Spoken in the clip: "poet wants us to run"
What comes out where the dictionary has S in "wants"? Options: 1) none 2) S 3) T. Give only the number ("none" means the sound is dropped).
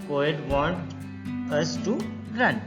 1